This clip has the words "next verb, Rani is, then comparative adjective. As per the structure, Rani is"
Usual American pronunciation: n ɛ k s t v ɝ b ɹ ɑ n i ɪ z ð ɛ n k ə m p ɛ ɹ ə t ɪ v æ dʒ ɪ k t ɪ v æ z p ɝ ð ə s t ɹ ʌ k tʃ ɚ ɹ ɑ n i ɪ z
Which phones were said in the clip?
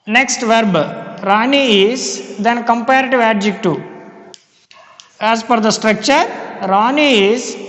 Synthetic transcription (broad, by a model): n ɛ k s t v ɝ b ɹ ɑ n i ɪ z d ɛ n k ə m p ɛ ɹ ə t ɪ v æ dʒ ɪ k t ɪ æ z f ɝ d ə s t ɹ ʌ k tʃ ɚ ɹ ɑ n i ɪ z